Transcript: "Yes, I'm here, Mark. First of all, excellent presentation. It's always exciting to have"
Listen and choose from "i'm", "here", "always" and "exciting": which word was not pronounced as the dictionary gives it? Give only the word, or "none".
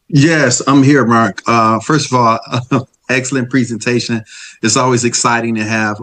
none